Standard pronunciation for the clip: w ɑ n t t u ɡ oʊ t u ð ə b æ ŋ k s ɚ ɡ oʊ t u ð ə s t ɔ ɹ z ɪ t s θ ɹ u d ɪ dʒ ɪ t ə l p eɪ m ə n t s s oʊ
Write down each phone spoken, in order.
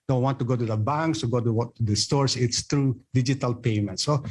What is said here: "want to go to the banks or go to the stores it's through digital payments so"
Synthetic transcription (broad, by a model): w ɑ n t t u ɡ oʊ t u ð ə b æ ŋ k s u ɡ oʊ t u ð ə s t ɔ ɹ s ɪ t s t ɹ u d ɪ dʒ ɪ t ə l p eɪ m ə n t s s oʊ